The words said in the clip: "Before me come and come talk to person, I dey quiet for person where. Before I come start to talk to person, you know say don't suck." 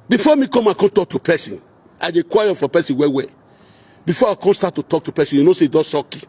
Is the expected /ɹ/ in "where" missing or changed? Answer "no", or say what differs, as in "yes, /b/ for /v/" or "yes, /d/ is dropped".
yes, /w/ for /ɹ/